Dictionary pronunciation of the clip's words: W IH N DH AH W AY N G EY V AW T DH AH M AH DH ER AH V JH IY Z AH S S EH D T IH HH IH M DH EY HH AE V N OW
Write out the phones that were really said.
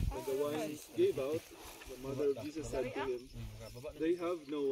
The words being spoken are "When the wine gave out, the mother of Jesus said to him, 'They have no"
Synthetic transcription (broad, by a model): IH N DH AH W AY N G EY V AW T DH AH M AH DH ER AH V JH IY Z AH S S EH D T IH HH IH M DH EY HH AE V N OW